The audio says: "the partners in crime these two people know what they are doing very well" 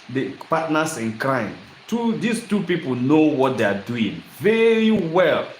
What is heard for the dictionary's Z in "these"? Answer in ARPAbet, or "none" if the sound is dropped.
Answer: S